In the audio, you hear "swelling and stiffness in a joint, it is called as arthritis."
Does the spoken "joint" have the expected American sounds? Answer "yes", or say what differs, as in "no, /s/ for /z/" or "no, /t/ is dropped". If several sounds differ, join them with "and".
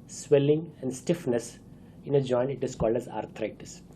no, /t/ is dropped